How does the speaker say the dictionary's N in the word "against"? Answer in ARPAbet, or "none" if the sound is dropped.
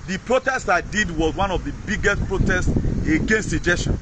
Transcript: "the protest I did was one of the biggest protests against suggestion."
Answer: N